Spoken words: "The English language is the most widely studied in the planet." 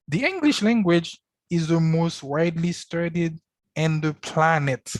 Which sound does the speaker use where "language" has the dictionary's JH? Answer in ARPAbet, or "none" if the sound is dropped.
JH